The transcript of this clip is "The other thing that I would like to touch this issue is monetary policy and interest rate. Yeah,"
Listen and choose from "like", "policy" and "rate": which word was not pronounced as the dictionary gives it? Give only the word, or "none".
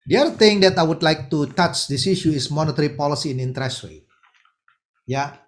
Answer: rate